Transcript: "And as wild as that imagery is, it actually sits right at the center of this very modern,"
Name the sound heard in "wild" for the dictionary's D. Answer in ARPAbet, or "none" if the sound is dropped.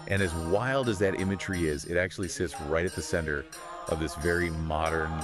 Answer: D